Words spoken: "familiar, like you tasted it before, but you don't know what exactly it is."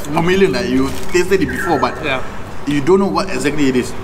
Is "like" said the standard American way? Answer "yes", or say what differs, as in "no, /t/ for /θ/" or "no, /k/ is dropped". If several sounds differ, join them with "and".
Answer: no, /n/ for /l/